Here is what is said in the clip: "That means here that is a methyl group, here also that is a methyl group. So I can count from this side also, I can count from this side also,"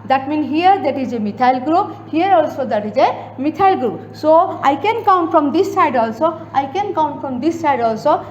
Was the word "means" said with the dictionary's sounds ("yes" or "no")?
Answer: no